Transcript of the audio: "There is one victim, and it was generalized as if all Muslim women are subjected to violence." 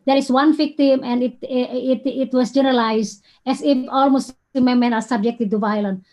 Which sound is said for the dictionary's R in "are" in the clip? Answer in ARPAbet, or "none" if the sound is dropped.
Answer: L